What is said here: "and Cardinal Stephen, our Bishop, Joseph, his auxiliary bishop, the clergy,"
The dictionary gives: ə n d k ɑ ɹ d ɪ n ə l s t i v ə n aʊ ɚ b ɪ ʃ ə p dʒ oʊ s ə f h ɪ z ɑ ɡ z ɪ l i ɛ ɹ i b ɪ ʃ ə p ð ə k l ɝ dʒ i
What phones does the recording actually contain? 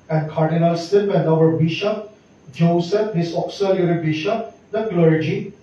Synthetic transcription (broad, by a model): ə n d k ɑ ɹ d ɪ n ə l s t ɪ p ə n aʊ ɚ b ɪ ʃ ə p dʒ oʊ s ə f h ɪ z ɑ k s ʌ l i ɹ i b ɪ ʃ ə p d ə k l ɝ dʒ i